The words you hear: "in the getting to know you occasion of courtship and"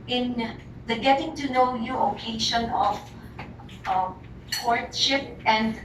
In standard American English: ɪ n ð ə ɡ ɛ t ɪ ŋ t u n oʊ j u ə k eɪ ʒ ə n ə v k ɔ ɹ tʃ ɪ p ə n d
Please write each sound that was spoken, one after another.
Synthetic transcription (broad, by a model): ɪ n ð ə ɡ ɛ t ɪ ŋ t u n oʊ j u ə k eɪ ʃ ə n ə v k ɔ ɹ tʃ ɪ p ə n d